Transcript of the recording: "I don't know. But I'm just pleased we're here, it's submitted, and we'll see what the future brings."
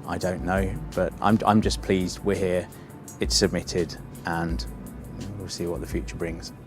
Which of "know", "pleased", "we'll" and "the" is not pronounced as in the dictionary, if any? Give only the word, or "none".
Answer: none